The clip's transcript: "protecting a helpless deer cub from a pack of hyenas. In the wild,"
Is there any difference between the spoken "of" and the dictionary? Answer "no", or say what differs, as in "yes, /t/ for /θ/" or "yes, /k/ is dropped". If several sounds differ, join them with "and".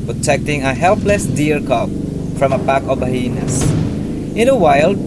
yes, /b/ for /v/